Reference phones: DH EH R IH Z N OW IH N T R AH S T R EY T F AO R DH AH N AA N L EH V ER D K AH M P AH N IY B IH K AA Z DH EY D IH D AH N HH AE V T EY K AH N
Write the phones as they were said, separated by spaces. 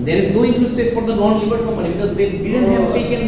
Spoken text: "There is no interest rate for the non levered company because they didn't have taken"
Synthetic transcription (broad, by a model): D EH R IH Z N OW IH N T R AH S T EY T F AO R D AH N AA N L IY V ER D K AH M AH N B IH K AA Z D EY D IH D AH N HH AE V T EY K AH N